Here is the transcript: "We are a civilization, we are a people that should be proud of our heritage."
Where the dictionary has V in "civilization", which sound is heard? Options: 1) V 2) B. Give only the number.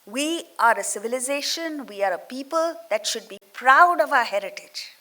1